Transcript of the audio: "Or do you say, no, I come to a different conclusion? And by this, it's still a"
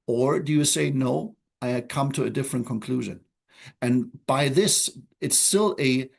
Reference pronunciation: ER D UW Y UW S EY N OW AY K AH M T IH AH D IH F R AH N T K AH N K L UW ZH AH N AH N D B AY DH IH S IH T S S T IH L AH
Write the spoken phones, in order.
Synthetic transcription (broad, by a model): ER D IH Y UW S EY N OW AY K AH M T IH AH D IH F R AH N K AH N K L UW ZH AH N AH N B AY DH IH S IH T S S T IH L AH